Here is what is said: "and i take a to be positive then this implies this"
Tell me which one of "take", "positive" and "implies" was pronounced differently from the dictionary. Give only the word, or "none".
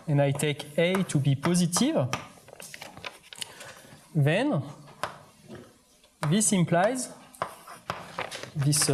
none